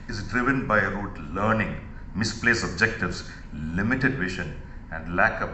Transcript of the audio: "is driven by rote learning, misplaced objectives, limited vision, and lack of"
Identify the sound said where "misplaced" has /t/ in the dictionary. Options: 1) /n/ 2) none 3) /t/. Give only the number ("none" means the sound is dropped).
2